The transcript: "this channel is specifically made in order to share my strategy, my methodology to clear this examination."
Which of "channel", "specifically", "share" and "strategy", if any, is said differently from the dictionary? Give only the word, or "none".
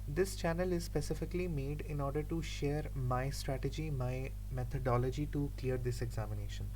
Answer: none